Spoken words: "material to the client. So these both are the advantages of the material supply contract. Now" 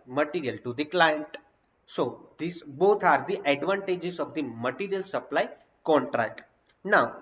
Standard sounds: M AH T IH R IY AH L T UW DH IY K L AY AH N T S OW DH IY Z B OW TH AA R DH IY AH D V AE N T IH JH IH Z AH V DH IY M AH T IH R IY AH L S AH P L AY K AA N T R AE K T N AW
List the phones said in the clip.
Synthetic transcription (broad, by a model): M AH T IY R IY AH L T UW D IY K L AY AH N T S OW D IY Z B OW T AA R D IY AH D V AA N T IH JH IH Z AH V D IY M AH T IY R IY AH L S AH P L AY K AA N T R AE K T N AW